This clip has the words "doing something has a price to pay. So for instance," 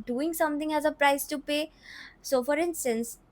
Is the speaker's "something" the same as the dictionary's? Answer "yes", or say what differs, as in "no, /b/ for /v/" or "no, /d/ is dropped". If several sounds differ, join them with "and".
no, /t/ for /θ/